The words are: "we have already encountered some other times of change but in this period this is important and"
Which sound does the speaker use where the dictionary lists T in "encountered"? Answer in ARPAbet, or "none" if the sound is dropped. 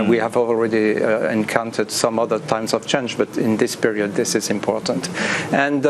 T